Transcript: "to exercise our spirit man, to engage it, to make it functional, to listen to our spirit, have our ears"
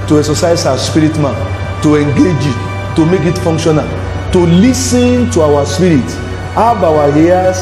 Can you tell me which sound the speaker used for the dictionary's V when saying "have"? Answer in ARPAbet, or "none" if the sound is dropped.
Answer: W